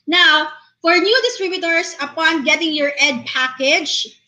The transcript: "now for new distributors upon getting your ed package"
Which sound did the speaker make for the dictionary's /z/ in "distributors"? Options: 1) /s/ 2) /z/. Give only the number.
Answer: 1